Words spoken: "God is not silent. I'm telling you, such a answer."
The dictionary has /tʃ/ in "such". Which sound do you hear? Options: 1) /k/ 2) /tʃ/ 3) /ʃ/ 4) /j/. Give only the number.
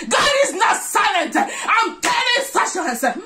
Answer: 3